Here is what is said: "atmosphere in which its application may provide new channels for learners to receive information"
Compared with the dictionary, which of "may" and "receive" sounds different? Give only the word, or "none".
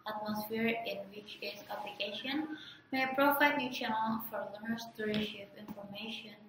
receive